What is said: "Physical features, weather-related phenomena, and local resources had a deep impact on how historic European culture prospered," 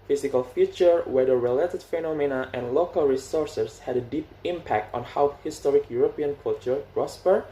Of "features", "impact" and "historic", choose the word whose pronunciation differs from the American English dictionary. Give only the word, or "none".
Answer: features